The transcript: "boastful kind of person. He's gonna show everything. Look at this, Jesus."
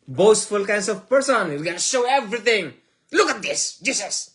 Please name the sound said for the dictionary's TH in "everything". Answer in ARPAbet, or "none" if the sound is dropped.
T